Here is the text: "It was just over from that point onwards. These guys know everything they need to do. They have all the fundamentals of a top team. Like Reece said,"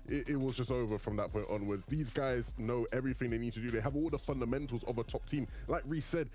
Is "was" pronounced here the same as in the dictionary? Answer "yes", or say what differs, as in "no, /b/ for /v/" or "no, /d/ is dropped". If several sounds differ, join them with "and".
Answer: yes